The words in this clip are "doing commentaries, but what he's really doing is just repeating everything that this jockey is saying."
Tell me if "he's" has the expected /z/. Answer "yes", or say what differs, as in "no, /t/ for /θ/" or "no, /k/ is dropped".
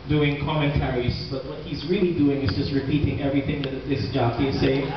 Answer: yes